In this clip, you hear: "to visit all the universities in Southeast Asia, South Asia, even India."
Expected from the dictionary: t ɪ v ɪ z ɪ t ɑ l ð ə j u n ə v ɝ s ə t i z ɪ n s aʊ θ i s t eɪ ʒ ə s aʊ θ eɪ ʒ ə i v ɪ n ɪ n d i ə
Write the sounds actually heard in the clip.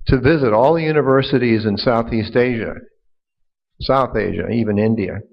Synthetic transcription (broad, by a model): t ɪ v ɪ z ɪ t ɑ l ð ə j u n ə v ɝ s ə t i z ɪ n s aʊ θ i s t eɪ ʒ ə s aʊ θ eɪ ʒ ə i v ɪ n ɪ n d i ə